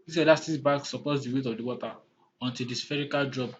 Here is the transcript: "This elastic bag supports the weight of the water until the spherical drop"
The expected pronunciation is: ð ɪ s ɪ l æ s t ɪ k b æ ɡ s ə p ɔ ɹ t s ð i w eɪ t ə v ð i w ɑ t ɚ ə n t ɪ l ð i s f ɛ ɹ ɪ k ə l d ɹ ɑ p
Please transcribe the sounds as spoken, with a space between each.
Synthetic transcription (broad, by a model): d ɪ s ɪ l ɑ s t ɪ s b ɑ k s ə p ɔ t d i w eɪ t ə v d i w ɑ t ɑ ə n t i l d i s f ɛ ɹ ɪ k ə l d ɹ ɑ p